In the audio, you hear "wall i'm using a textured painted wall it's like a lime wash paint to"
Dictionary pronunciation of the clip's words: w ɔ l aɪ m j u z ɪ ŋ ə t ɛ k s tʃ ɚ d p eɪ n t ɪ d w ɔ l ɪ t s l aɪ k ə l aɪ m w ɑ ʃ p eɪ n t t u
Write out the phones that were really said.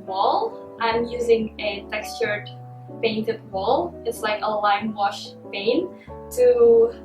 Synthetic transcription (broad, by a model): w ɔ l aɪ m j u z ɪ ŋ ə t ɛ k s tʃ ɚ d p eɪ n t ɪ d w ɔ l ɪ t s l aɪ k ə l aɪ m w ɑ ʃ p eɪ n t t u